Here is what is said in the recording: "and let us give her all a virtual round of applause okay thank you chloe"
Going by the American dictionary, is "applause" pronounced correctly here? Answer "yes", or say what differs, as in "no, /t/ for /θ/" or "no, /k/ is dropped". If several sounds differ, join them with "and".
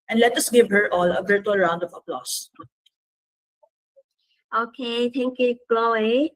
no, /s/ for /z/